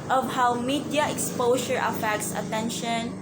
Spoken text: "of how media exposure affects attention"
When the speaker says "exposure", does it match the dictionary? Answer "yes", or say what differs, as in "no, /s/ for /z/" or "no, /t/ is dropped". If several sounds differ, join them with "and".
no, /ʃ/ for /ʒ/